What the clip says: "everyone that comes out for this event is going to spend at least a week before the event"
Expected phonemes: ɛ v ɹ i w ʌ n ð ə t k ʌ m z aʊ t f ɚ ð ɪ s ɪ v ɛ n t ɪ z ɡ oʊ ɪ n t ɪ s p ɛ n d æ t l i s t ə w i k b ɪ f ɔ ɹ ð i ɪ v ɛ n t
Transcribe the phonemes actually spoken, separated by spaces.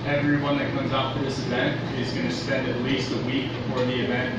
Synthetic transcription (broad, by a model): ɛ v ɹ i w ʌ n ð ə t k ʌ m z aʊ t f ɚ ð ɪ s ɪ v ɛ n t ɪ z ɡ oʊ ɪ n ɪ s p ɛ n d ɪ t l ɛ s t ə w i k b ɪ f ɔ ɹ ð i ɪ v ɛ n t